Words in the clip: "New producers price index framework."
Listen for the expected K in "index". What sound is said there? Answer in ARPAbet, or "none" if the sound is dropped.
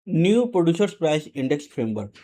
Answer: K